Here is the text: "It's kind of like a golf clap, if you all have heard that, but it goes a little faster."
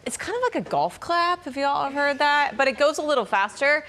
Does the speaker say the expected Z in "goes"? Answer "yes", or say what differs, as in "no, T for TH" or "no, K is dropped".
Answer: yes